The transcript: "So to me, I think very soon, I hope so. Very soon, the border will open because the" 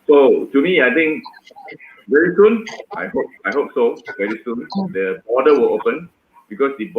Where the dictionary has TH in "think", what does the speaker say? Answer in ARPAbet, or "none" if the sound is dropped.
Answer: T